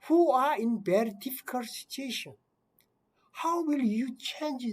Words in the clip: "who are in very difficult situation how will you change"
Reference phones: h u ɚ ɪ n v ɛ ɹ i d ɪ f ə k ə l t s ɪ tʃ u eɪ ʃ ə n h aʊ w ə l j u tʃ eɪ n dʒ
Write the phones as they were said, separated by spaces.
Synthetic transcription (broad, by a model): h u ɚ ɪ n b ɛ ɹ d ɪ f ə k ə l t s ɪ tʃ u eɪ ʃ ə n h aʊ w ə l j u tʃ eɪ n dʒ